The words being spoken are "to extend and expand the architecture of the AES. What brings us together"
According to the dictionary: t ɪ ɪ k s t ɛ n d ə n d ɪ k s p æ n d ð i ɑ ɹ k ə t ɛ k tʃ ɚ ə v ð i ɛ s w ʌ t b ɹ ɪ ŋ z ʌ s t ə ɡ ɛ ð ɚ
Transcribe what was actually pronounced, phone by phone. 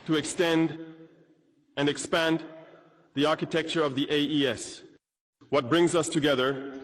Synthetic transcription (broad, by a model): t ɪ ɪ k s t ɛ n d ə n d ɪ k s p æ n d ð i ɑ ɹ k ə t ɛ k tʃ ɚ ə v ð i ɛ s w ʌ t b ɹ ɪ ŋ z ʌ s t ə ɡ ɛ ð ɚ